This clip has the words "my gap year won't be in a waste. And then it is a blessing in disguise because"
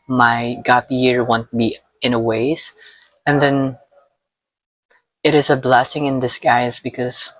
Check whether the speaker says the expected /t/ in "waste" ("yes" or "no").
no